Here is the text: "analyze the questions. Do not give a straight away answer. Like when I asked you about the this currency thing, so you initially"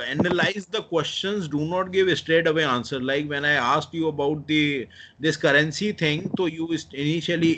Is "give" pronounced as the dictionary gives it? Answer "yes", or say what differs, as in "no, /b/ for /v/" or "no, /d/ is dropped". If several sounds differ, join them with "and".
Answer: yes